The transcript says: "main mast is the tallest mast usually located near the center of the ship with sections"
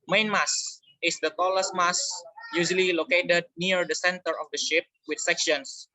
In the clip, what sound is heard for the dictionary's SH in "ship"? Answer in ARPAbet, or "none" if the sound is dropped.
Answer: SH